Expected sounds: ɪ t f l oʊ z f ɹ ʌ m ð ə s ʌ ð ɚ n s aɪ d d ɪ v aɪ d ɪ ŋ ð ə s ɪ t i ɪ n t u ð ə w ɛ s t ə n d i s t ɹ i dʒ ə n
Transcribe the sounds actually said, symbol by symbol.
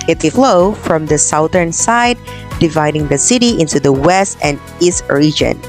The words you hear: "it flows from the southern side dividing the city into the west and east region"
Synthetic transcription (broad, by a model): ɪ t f l oʊ f ɹ ʌ m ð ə s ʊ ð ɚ n s aɪ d d ɪ v aɪ d ɪ ŋ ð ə s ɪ t i ɪ n t u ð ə w ɛ s t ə n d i s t ɹ i dʒ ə n